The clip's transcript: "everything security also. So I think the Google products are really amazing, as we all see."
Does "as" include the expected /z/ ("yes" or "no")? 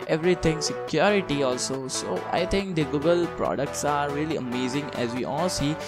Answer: yes